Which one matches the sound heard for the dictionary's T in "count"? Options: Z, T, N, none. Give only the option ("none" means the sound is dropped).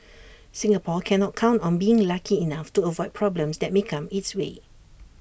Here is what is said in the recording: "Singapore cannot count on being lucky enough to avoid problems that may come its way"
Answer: T